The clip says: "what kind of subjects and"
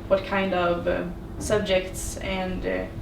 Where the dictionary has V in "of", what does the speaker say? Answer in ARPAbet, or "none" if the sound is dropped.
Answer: V